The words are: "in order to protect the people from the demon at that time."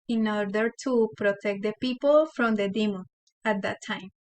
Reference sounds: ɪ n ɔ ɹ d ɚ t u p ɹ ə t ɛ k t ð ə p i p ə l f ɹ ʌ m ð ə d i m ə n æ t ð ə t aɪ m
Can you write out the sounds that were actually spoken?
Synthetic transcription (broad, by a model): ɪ n ɔ ɹ d ɚ t u p ɹ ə t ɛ k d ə p i p ə l f ɹ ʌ m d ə d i m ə æ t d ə t aɪ m